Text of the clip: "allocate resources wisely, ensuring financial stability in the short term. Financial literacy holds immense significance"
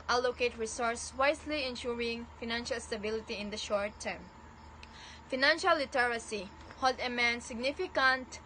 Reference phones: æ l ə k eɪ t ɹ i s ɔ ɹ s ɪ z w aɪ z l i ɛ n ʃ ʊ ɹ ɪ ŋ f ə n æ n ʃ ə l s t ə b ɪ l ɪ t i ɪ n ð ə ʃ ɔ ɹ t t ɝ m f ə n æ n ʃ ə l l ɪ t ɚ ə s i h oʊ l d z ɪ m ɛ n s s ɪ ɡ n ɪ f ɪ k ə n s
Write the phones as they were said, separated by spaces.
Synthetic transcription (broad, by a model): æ l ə k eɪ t ɹ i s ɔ ɹ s w aɪ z l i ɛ n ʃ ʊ ɹ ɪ ŋ f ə n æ n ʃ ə l s t ə b ɪ l ɪ t i ɪ n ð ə ʃ ɔ ɹ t t ɝ m f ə n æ n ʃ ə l l ɪ t ɚ ə s i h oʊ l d ɪ m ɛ n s s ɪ ɡ n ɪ f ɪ k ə n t